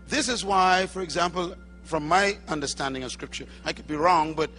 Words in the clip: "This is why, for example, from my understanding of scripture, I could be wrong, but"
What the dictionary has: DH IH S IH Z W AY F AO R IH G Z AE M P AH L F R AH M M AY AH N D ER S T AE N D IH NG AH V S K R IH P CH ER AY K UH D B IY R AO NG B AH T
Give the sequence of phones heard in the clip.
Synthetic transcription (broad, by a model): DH IH S IH Z W AY F AO R IH G Z AE M P AH L F R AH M M AY AH N D ER S T AE N D IH NG AH V S K R IH P CH ER AY K UH D B IY R AO NG B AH T